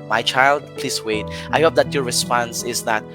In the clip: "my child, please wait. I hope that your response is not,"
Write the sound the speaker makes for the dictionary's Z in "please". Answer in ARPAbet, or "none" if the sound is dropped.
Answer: S